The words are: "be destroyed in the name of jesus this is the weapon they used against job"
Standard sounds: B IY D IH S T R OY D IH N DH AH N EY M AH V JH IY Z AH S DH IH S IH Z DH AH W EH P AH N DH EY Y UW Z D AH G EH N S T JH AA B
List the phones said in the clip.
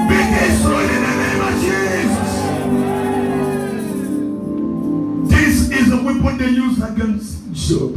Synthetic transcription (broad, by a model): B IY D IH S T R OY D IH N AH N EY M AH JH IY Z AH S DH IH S IH Z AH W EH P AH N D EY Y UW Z AH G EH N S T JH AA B